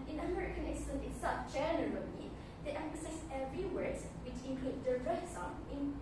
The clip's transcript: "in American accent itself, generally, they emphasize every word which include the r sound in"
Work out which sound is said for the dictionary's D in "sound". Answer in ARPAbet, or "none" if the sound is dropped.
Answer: none